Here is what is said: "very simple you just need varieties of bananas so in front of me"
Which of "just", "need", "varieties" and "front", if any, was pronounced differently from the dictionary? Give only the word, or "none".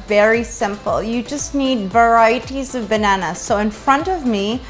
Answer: none